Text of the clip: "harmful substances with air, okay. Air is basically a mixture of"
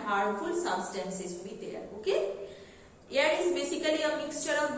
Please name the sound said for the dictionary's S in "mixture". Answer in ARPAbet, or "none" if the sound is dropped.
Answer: S